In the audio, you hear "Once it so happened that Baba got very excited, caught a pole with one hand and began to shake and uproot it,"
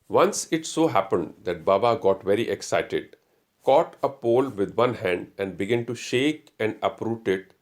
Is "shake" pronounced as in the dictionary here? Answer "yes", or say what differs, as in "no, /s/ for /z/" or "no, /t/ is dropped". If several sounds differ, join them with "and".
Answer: yes